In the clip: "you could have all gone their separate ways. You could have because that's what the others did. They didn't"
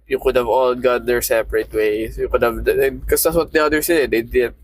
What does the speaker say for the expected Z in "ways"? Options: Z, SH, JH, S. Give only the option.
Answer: S